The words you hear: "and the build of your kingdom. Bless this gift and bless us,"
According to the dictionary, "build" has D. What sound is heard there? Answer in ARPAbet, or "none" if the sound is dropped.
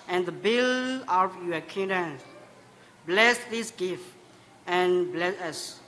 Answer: none